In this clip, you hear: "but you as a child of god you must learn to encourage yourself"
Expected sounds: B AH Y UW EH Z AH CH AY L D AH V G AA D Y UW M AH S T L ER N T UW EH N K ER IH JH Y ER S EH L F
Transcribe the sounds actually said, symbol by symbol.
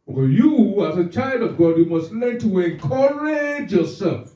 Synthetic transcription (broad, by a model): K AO Y UW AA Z AH CH AY L D AH V G AA D Y UW M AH S T L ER T UW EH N K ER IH JH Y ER S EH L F